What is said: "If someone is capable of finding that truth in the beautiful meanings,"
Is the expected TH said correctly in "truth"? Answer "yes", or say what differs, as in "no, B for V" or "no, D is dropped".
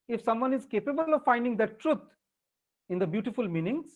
no, T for TH